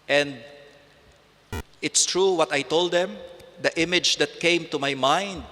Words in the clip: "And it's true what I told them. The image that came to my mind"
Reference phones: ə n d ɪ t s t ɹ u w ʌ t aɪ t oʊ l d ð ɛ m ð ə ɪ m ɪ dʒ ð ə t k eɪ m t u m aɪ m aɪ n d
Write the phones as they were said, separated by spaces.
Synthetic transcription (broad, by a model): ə n d ɪ t s t ɹ u w ʌ t aɪ t oʊ l d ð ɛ m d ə ɪ m ɪ dʒ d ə t k eɪ m t u m aɪ m aɪ n d